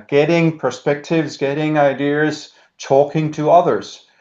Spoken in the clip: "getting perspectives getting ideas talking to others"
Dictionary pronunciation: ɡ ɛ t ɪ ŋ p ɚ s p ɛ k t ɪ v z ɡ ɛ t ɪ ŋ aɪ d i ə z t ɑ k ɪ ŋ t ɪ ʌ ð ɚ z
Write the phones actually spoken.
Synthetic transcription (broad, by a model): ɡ ɛ t ɪ ŋ p ɚ s p ɛ k t ɪ v z ɡ ɛ t ɪ ŋ aɪ d i ə z t ɑ k ɪ ŋ t ɪ ʌ ð ɚ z